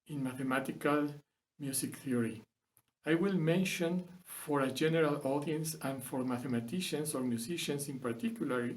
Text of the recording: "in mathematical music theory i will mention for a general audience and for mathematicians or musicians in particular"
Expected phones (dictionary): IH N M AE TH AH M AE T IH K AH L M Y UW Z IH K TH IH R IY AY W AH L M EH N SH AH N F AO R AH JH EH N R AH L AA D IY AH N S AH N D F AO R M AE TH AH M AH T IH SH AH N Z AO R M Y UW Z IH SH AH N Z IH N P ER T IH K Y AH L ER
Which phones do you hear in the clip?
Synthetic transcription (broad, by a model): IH N M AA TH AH M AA T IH K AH L M Y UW S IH K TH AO R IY AY W AH L M EH N SH AH N F AO R AH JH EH N R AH L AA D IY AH N S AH N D F AO R M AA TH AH M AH T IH SH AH N S AO R M Y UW S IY SH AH N S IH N P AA T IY K Y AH L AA